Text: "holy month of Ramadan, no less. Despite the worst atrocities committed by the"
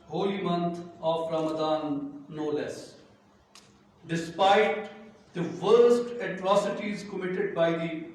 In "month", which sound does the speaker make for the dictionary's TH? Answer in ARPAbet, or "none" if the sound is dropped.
T